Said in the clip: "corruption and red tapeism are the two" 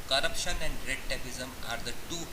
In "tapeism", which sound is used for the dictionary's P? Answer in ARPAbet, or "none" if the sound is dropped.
B